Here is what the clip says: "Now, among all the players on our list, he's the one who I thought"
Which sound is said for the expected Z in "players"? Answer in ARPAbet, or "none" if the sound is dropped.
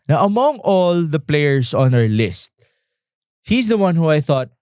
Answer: S